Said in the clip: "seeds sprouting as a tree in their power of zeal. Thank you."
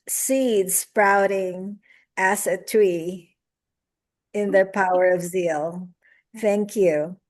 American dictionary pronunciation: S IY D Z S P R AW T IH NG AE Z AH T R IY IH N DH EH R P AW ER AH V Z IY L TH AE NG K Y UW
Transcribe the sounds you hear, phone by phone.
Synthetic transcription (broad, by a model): S IY D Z S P R AW T IH NG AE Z AH T R IY IH N DH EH R P AW ER AH V Z IY L TH AE NG K Y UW